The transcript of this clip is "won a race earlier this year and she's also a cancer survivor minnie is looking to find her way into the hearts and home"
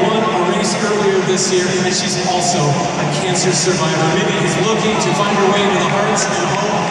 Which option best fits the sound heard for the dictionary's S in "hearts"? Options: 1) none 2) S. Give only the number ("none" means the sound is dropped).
1